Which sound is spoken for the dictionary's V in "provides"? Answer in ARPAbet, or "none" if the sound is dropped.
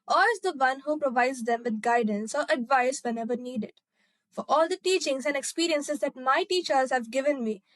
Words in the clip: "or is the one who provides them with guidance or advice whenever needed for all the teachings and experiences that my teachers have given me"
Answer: V